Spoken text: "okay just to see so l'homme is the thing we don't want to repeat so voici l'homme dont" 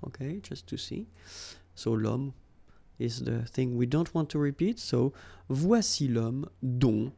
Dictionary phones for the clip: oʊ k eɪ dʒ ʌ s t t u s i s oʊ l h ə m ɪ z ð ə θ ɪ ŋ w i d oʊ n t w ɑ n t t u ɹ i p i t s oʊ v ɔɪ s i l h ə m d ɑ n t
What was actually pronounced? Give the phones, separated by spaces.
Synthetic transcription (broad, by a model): oʊ k eɪ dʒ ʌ s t t u s i s oʊ l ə m ɪ z ð ə θ ɪ ŋ w i d oʊ n t w ɑ n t t u ɹ i p i t s oʊ v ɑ s i l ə m d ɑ